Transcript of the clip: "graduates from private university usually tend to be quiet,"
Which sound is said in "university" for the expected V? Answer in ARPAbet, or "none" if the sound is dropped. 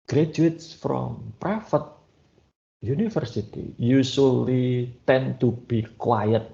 F